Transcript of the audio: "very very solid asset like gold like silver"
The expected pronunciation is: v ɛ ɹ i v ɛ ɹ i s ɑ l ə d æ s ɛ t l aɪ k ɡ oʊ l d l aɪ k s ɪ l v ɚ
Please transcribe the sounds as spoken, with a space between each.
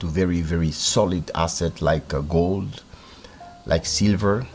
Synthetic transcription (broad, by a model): v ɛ ɹ i v ɛ ɹ i s ɑ l ə d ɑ s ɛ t l aɪ k ɡ oʊ l d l aɪ k s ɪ l v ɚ